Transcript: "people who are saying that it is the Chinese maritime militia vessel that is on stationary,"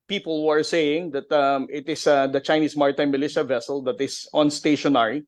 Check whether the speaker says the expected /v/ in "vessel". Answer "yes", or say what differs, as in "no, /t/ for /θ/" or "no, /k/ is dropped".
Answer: yes